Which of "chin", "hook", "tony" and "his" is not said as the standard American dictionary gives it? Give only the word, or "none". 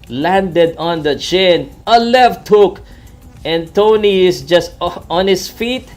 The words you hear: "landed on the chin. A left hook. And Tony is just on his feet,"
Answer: his